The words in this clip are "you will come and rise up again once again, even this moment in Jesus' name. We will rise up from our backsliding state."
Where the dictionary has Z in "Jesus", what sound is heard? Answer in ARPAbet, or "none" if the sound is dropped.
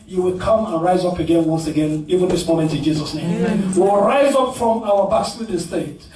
Z